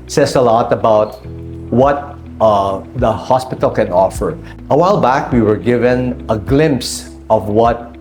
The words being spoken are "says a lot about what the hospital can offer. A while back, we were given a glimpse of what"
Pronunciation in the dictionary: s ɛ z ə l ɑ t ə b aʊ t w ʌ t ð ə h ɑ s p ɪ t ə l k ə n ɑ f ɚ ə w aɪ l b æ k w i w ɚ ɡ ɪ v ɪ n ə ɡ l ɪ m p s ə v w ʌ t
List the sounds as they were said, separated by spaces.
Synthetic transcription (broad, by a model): s ɛ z ə l ɑ t ə b aʊ t w ʌ t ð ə h ɑ s p ɪ t ə l k ə n ɑ f ɚ ə w aɪ l b æ k w i w ɚ ɡ ɪ v ɪ n ə ɡ l ɪ m p s ə v w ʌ t